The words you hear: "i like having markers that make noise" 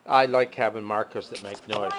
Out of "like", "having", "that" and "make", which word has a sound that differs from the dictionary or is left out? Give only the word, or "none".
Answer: having